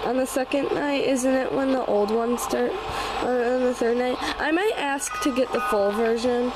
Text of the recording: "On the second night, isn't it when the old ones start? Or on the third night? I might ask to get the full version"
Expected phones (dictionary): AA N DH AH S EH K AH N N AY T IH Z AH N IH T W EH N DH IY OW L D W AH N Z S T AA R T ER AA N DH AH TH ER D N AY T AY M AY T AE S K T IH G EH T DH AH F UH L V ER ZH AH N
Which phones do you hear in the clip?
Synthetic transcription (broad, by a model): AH N DH AH S EH K AH N N AY T IH Z AH N IH T W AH N DH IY OW L D W AH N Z S T AA R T ER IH N DH AH TH ER D N AY T AY M AY T AE S K T IH G EH T DH AH F UH L V ER ZH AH N